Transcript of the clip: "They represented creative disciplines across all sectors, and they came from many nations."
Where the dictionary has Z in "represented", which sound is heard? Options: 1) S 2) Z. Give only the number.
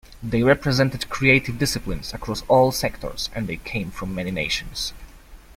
2